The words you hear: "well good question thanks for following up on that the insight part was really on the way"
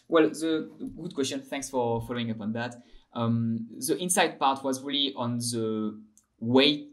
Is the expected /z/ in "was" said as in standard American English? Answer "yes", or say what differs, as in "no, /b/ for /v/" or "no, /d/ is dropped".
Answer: yes